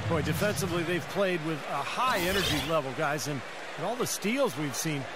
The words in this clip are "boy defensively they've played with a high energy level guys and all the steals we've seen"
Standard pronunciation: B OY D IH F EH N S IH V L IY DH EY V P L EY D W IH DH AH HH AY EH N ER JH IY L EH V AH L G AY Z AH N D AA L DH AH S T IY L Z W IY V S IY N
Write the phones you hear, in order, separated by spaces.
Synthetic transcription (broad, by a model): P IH D IH F EH N S IH V L IY DH EY V P L EY D W IH DH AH HH AY EH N ER JH IY L EH V L G AY Z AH N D AA L DH AH S T IY L Z W IY V S IY N